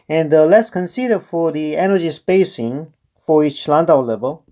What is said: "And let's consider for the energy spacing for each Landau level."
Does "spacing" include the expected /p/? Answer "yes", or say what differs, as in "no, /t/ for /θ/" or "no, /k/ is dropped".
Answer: yes